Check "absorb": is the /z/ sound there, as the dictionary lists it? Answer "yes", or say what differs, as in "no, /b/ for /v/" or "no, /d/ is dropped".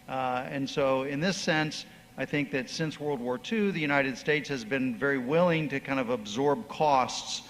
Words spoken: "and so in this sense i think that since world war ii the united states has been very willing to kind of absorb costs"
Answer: yes